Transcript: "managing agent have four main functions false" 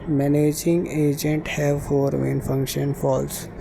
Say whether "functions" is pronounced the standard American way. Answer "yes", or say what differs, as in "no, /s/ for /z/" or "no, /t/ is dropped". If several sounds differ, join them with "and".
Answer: no, /z/ is dropped